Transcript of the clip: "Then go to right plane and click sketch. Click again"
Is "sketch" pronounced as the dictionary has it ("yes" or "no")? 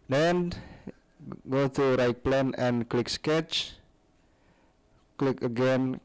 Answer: yes